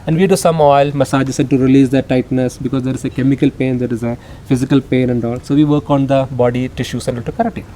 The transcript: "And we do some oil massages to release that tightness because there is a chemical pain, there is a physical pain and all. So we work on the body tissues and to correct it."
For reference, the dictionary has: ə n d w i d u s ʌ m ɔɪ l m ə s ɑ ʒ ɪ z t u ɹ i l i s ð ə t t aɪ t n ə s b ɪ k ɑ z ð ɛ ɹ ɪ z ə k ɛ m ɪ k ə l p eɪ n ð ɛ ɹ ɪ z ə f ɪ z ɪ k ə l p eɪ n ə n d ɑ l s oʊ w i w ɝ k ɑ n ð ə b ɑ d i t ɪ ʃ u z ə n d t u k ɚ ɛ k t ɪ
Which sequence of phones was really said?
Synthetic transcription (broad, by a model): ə n d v i d u s ʌ m ɔɪ l m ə s ɑ s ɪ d t u ɹ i l i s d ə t t aɪ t n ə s b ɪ k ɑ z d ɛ ɹ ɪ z ə k ɛ m ɪ k ə l p eɪ n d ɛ ɹ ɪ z ə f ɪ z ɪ k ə l p eɪ n ə n d ɑ l s oʊ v i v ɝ k ɑ n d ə b ɑ d i t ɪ ʃ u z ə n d t u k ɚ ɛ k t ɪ